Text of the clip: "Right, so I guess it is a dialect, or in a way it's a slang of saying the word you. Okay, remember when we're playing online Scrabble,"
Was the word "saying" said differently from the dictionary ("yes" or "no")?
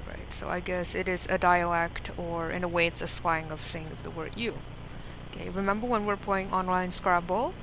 yes